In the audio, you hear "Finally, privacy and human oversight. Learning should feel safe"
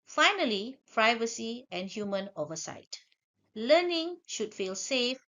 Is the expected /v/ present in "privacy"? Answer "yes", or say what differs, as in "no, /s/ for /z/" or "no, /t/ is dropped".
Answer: yes